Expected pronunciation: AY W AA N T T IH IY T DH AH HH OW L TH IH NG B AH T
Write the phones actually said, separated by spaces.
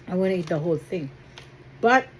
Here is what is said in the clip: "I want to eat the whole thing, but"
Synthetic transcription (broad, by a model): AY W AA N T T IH IY T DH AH HH OW L TH IH NG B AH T